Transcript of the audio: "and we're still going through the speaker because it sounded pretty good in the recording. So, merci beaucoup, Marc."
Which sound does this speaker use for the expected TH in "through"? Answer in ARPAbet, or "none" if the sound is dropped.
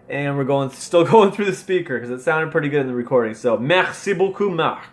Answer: TH